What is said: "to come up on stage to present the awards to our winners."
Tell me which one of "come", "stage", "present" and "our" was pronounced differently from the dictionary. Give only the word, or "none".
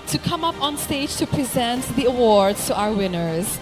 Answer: none